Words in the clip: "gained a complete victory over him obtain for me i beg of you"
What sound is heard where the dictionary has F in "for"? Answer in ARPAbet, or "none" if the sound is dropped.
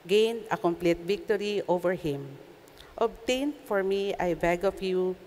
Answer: F